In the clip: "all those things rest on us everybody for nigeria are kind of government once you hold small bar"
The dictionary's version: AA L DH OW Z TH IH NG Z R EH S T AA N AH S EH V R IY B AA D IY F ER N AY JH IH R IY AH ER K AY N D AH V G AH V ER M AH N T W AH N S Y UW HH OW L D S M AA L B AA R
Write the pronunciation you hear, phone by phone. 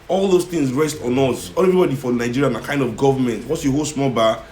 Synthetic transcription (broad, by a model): AA L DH OW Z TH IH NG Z R EH S T AA N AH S EH V R IY B AA D IY F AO N AY JH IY R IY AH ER K AY N D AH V G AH V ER M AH N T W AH S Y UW HH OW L S M AA L B AA